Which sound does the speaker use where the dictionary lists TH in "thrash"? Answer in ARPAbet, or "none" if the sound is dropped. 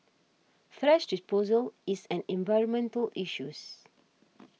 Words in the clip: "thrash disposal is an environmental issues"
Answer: F